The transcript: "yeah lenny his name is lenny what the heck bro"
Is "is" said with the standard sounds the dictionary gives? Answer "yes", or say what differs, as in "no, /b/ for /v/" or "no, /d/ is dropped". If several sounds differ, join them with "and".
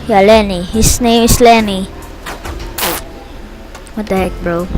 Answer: no, /s/ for /z/